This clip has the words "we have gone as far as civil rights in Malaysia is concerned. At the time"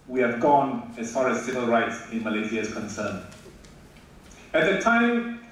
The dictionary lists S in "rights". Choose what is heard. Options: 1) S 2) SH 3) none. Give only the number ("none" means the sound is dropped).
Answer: 1